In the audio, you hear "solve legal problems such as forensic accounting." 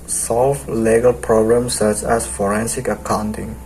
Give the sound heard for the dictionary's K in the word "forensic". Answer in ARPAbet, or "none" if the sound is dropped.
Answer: K